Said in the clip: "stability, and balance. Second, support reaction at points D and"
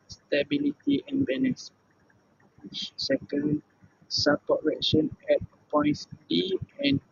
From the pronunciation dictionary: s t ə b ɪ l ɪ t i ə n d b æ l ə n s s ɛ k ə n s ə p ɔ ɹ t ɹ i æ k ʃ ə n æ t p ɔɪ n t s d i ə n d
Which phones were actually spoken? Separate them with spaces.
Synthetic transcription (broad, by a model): s t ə b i l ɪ t i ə n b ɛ n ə s s ɛ k ə n s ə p ɔ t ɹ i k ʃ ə n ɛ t p ɔɪ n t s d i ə n